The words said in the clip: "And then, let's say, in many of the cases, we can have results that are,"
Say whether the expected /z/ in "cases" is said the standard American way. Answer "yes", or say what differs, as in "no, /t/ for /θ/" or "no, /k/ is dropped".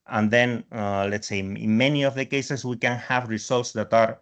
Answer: no, /s/ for /z/